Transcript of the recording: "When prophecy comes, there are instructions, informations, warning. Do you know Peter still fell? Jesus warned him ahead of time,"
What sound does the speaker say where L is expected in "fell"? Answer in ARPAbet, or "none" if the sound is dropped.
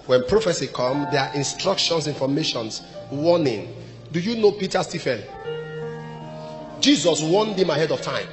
N